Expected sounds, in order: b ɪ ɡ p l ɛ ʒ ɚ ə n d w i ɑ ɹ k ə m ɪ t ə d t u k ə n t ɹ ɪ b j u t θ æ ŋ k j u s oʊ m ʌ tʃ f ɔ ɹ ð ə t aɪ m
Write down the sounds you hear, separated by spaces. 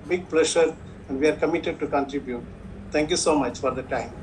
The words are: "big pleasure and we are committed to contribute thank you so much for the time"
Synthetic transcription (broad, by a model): b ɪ ɡ p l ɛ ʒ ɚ ə n d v i ɑ ɹ k ə m ɪ t ə d t u k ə n t ɹ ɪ b j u t t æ ŋ k j u s oʊ m ʌ tʃ f ɔ ɹ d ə t aɪ m